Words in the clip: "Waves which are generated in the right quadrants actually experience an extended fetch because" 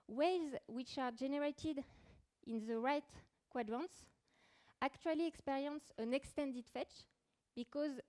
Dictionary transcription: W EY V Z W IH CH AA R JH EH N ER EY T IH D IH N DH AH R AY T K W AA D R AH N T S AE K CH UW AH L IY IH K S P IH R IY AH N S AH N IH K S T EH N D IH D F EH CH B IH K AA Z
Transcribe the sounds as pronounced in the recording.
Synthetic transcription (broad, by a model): W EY Z W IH CH AA R JH EH N ER EY T IH D IH N DH AH R AY T K W AA D R AH N T S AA K CH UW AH L IY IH K S P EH R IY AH N S AH N IH K S T EH N D IH D F EH CH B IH K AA Z